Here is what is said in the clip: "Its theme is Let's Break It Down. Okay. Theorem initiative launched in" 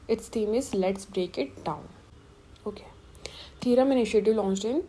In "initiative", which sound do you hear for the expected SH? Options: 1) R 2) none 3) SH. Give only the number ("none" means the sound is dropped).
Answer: 3